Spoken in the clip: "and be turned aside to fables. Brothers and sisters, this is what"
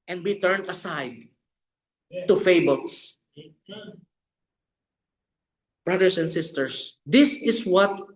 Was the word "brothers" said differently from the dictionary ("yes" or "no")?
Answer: yes